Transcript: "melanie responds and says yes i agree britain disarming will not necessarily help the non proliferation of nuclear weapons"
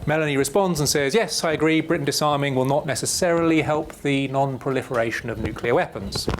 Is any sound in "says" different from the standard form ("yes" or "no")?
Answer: no